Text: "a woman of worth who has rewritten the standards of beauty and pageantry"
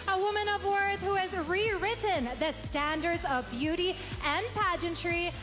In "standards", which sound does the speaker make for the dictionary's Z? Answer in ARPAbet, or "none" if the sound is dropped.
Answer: Z